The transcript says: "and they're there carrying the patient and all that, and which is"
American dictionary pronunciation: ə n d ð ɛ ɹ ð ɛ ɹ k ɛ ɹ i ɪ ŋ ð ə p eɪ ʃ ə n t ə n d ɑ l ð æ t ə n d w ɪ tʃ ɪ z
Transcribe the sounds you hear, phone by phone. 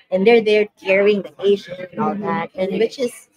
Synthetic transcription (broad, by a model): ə n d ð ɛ ɹ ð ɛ ɹ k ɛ ɹ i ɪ ŋ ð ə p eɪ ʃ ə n ə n ɑ l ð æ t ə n w ɪ tʃ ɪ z